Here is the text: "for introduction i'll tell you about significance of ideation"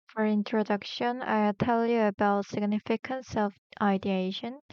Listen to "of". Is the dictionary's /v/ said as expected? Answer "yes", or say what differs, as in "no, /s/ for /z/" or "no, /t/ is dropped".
no, /f/ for /v/